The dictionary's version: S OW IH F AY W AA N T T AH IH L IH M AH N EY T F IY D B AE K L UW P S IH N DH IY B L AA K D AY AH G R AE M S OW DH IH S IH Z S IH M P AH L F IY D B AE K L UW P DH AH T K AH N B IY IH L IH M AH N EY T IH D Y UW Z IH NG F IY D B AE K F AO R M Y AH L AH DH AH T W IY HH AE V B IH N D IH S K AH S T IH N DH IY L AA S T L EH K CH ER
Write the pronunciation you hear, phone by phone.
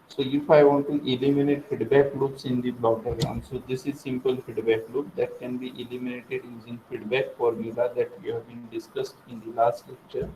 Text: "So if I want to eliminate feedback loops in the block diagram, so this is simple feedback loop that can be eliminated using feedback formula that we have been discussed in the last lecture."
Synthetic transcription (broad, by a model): S OW IH F AY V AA N T T AH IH L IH M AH N EY T F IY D B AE K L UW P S IH N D IY B L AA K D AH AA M S OW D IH S IH Z S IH M P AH L F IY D B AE K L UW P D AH T K AH N B IY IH L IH M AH N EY T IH D Y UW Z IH NG F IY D B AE K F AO R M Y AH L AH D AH T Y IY HH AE V B IH N D IH S K AH S T IH N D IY L AA S T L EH K CH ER